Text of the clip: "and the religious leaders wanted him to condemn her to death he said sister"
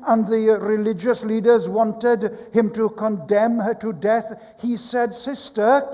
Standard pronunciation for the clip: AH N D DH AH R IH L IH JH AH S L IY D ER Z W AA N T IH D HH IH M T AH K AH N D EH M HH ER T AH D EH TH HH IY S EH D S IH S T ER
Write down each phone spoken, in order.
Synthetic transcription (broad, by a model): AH N DH AH R IH L IH JH AH S L IY D ER Z W AA N T IH D HH IH M T AH K AH N D EH M HH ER T AH D EH TH HH IY S EH D S IH S T ER